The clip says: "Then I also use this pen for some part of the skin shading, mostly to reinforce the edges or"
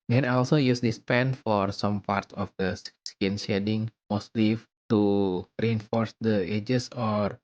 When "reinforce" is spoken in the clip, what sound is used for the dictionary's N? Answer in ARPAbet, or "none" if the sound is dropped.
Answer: N